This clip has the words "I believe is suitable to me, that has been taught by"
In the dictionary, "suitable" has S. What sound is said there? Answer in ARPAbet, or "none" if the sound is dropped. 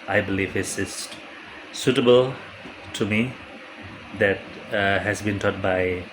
S